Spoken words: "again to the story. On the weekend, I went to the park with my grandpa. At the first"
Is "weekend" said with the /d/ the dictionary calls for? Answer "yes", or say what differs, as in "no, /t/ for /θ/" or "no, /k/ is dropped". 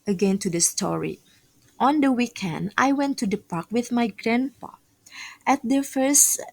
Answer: yes